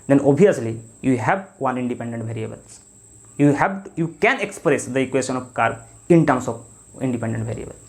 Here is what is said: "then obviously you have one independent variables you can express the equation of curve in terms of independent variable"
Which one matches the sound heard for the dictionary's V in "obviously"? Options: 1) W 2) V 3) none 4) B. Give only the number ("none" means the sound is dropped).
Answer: 3